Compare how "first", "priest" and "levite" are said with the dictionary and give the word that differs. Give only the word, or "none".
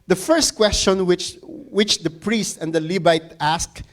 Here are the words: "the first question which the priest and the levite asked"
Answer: levite